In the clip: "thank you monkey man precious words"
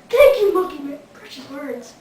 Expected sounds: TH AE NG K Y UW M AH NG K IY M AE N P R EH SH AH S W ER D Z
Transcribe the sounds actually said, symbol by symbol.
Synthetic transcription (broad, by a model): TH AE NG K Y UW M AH K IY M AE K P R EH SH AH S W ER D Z